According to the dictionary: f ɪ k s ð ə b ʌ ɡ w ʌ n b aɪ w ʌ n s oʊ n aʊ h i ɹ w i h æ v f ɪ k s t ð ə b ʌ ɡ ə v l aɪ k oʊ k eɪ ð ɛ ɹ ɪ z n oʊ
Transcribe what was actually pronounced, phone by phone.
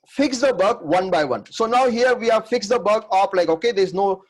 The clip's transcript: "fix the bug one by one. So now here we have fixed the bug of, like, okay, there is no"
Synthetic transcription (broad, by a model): f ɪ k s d ə b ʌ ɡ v ʌ n b aɪ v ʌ n s oʊ n aʊ h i ɹ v i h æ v f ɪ k s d ə b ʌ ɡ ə p l aɪ k oʊ k eɪ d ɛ ɪ z n oʊ